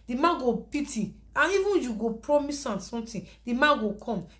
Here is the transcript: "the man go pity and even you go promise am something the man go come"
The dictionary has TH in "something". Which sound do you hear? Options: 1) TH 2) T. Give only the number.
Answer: 2